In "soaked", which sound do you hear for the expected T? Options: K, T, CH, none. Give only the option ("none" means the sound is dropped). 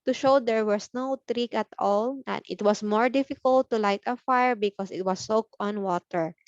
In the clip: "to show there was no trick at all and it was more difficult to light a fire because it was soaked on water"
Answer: none